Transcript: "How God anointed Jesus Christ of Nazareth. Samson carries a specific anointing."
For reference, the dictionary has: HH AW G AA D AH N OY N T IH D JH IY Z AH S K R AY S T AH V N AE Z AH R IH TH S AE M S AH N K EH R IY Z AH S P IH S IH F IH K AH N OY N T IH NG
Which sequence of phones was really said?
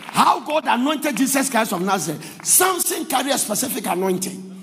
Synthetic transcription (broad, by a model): HH AW G AA D AH N OY N T IH D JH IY S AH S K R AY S AH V N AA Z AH S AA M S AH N K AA R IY AH S P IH S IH F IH K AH N OY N T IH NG